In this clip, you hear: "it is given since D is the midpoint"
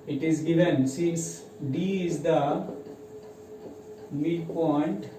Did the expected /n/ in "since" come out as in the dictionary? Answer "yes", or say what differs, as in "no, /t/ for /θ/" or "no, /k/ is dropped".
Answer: no, /n/ is dropped